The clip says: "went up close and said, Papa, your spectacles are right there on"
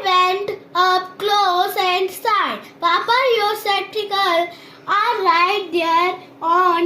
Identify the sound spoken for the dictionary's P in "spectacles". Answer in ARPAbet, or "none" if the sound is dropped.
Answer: none